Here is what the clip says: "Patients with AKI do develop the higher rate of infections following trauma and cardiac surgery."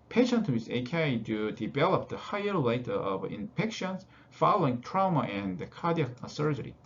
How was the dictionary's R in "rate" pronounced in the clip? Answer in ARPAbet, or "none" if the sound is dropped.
L